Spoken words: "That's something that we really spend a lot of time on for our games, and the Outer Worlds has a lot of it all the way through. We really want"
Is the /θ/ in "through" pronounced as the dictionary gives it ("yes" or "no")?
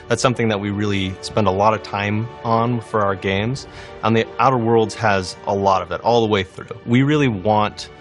yes